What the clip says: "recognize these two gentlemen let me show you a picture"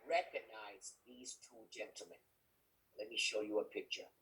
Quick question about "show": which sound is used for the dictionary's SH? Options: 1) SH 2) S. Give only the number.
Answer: 1